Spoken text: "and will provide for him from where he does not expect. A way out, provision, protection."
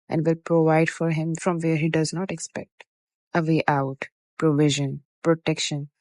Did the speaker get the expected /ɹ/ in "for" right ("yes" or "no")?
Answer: yes